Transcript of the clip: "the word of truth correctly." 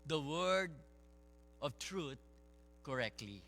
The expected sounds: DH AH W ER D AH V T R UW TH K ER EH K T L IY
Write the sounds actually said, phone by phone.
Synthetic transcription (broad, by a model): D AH W ER D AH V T R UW T K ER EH K T L IY